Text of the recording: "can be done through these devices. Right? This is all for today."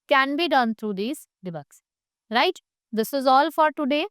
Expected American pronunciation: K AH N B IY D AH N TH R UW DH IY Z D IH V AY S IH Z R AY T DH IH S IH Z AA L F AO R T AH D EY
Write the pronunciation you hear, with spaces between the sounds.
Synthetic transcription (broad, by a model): K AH N B IY D AH N T R UW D IY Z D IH B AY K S R AY T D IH S IH Z AA L F AO R T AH D EY